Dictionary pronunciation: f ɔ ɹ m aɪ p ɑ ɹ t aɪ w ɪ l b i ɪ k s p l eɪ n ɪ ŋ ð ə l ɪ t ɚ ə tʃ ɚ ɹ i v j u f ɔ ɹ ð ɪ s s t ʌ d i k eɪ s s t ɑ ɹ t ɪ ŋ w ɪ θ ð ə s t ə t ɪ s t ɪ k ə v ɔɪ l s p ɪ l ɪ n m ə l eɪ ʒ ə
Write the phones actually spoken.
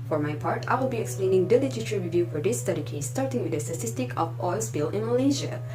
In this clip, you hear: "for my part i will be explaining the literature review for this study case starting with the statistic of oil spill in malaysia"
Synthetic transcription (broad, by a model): f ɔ ɹ m aɪ p ɑ ɹ t aɪ w ɪ l b i ɪ k s p l eɪ n ɪ ŋ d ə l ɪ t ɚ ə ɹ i ɹ i v j u f ɔ ɹ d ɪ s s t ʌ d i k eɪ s s t ɑ ɹ t ɪ ŋ w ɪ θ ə s t ə t ɪ s t ɪ k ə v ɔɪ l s b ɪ l ɪ n m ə l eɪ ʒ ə